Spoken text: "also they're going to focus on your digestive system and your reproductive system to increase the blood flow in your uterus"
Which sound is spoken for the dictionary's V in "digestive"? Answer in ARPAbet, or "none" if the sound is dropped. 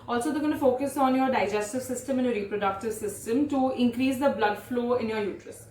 V